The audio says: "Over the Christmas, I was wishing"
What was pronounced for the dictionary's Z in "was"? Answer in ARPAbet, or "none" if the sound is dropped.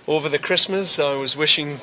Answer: Z